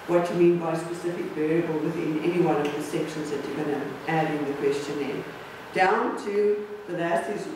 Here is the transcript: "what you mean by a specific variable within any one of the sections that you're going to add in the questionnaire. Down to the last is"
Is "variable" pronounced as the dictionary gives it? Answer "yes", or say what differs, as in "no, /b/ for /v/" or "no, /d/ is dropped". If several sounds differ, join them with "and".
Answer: no, /b/ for /v/